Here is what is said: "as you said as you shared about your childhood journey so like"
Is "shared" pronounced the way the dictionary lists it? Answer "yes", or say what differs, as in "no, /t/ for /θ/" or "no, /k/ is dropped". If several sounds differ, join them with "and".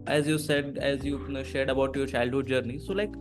yes